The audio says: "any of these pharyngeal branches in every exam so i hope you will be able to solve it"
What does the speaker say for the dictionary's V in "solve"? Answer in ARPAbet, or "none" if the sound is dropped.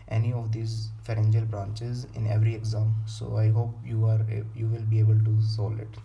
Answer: none